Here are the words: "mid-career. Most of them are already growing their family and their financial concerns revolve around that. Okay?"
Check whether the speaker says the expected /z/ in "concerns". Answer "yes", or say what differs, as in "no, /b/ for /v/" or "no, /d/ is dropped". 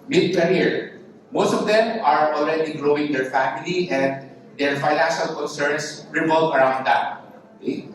no, /s/ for /z/